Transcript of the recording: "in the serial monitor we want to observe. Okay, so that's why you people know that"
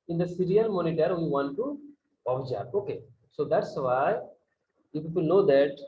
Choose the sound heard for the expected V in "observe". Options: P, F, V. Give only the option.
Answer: P